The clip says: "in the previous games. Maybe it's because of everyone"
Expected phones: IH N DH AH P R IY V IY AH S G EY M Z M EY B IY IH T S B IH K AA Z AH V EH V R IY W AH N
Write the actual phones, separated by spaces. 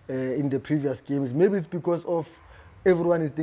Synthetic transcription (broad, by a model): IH N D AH P R IY V IY AH S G EY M S M EY B IY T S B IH K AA S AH F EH V R IY W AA N